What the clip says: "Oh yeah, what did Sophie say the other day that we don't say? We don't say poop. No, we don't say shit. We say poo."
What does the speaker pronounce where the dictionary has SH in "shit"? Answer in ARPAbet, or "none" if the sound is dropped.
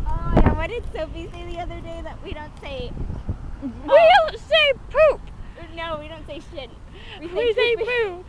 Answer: SH